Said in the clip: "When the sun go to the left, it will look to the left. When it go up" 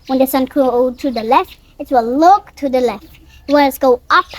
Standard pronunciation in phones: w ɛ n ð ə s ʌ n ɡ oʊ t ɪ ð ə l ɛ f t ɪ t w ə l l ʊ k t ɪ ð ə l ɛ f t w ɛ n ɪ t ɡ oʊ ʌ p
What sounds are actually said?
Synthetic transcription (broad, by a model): w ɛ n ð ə s ʌ n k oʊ t ɪ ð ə l ɛ f t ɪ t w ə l l ʊ k t ɪ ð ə l ɛ f t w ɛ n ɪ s ɡ oʊ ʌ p